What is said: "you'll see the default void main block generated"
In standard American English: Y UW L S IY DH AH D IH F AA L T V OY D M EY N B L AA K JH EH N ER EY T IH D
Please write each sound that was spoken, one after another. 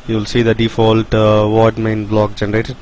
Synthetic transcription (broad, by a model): Y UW L S IY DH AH D IH F AA L T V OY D M EY N B L AA K JH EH N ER EY T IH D